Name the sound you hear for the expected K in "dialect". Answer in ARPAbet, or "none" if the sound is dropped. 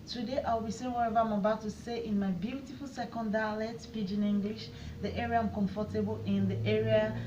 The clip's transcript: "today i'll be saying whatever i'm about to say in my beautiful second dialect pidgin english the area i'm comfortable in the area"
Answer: none